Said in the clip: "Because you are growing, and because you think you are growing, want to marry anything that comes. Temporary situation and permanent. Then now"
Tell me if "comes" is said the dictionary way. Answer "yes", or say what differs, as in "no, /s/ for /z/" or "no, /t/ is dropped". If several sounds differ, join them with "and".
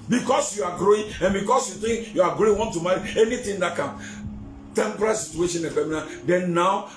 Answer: no, /z/ is dropped